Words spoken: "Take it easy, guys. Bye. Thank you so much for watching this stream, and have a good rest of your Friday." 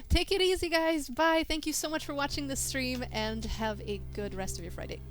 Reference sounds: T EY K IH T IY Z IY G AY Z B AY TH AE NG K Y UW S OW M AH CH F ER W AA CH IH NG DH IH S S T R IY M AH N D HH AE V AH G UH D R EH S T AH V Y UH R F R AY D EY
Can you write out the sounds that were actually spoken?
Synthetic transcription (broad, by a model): T EY K IH T IY Z IY G AY Z B AY TH AE NG K Y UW S OW M AH CH F ER W AA CH IH NG DH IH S S T R IY M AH N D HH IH V AH G UH D R EH S T AH V Y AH R F R AY D EY